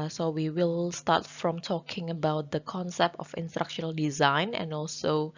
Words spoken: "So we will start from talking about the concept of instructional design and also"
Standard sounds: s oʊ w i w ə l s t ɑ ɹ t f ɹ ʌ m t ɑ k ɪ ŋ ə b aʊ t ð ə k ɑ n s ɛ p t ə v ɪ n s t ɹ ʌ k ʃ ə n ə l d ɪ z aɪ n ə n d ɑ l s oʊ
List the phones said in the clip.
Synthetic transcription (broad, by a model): s oʊ w i w ə l s t ɑ t f ɹ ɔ m t ɑ k ɪ ŋ ə b aʊ t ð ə k ɑ n s ɛ p t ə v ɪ n s t ɹ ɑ k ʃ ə n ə l d ɪ z aɪ n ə n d ɑ l s oʊ